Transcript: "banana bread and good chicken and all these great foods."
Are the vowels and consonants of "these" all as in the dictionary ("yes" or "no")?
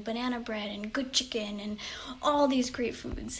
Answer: yes